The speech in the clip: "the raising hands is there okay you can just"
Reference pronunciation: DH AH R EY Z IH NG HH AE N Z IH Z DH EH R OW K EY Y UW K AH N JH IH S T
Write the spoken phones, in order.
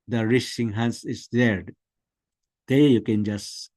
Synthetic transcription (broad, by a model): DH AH R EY S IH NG HH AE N S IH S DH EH R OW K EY Y UW K AH N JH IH S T